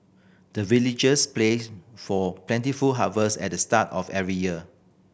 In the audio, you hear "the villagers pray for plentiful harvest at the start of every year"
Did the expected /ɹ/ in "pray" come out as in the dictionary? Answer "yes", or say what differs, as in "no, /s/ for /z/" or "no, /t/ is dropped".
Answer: no, /l/ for /ɹ/